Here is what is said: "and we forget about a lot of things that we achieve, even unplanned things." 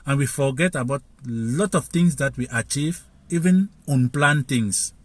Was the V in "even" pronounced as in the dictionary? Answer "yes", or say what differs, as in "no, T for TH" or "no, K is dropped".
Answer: yes